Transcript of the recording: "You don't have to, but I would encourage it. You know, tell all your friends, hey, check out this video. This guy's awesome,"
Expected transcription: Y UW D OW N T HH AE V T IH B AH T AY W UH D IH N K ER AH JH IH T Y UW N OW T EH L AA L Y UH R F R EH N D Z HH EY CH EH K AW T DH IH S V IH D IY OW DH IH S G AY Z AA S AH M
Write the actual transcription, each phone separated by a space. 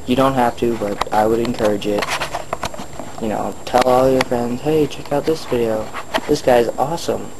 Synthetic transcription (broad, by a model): Y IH D OW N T HH AE F T IH B AH T AY W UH D IH N K ER AH JH IH T Y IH N OW T EH L AA L Y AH R F R EH N D Z HH EY CH EH K AW T DH IH S V IH D IY OW DH IH S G AY Z AA S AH M